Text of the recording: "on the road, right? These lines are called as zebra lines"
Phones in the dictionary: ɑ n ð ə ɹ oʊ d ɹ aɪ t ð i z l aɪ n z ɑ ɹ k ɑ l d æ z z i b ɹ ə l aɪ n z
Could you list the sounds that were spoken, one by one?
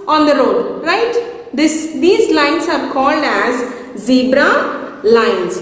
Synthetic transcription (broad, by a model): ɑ n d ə ɹ oʊ d ɹ aɪ t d i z l aɪ n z ɑ ɹ k ɑ l d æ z z i b ɹ ə l aɪ n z